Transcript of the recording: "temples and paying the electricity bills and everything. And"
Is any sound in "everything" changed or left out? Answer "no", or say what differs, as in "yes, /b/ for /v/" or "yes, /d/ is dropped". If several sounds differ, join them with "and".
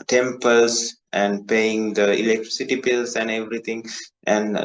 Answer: yes, /t/ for /θ/